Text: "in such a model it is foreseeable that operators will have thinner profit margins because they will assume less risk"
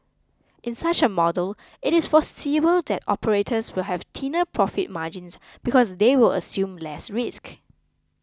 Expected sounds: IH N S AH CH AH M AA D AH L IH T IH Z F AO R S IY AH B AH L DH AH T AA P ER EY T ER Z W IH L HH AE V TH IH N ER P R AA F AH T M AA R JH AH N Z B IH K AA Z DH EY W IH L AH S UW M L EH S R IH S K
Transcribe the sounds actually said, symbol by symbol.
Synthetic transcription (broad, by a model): IH N S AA CH AH M AA D AH L IH T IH S F AO S IY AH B AH L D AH T AA P ER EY T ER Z W IH L HH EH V T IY N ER P R AA F AH T M AA JH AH N S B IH K AA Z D EY W IH L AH S UW M L EH S R IH S K